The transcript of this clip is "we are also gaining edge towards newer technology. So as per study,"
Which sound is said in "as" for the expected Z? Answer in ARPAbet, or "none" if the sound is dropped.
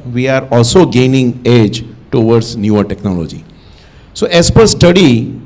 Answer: S